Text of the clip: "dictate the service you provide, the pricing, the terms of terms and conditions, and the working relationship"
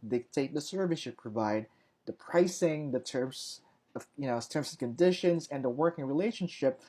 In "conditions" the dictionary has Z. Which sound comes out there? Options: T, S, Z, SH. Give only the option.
Z